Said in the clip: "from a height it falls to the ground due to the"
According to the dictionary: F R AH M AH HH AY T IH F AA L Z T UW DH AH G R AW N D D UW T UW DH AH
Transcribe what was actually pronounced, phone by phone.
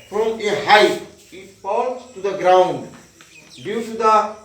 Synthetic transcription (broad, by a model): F R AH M AH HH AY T IH P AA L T T UW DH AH G R AW N D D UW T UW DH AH